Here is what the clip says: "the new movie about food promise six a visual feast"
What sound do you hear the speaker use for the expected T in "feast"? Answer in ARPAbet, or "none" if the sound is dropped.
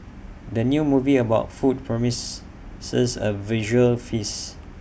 none